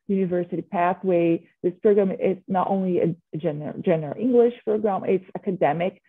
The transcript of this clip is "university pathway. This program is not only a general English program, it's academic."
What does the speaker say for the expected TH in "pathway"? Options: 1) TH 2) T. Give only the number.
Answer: 1